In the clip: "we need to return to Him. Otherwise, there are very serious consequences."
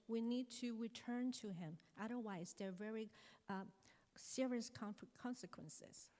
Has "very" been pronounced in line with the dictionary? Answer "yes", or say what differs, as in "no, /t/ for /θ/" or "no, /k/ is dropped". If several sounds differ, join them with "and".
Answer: yes